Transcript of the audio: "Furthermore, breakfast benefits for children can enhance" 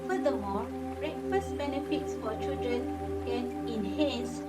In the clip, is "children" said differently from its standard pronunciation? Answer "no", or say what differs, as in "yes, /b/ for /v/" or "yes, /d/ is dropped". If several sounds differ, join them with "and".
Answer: no